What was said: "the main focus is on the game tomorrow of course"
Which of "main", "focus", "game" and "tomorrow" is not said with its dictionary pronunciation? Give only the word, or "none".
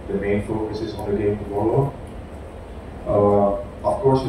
tomorrow